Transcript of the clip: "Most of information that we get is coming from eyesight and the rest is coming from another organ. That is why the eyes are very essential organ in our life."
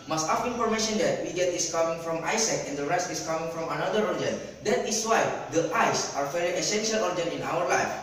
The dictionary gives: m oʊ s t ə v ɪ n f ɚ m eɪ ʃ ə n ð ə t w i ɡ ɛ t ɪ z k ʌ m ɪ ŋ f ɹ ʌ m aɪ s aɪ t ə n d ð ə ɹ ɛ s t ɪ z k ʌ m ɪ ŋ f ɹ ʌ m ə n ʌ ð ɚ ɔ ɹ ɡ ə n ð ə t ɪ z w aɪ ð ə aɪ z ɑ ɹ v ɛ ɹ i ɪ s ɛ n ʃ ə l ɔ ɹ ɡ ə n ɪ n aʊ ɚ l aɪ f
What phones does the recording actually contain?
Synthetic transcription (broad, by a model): m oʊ s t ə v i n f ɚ m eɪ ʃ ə n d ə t w i ɡ ɛ t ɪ s k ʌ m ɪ ŋ f ɹ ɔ m aɪ s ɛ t ə n d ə ɹ ɛ s t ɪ s k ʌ m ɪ ŋ f ɹ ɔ m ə n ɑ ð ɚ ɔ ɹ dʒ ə n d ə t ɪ s w aɪ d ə aɪ s ɑ ɹ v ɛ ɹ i ɪ s ɛ n ʃ ə l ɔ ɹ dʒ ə n ɪ n aʊ ɚ l aɪ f